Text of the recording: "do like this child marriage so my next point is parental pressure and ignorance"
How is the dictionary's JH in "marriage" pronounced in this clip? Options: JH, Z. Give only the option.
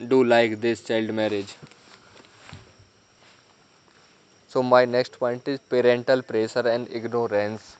JH